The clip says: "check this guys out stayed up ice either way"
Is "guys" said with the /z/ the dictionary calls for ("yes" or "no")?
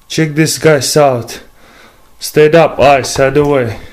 no